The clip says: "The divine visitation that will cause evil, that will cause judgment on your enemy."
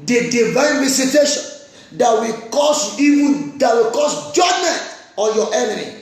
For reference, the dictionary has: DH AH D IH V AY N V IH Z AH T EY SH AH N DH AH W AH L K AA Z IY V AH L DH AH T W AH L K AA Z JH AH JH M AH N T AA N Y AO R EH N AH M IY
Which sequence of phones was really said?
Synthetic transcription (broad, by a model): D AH D IH V AY N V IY S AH T EY SH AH N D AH W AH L K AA S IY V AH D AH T W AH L K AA S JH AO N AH T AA Y AO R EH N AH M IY